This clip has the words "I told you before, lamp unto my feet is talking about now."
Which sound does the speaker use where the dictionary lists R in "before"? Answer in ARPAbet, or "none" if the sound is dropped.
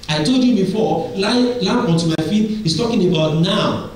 L